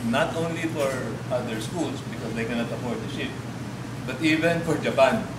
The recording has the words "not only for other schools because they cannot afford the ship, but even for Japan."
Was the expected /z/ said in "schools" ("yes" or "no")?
no